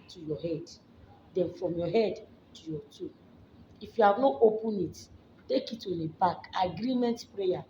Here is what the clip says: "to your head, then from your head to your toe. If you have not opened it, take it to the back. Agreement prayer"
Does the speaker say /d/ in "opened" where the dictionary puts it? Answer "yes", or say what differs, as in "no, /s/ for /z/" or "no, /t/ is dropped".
no, /d/ is dropped